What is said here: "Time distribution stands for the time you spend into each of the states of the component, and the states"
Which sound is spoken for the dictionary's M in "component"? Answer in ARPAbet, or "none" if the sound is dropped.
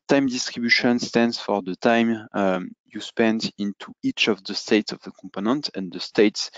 M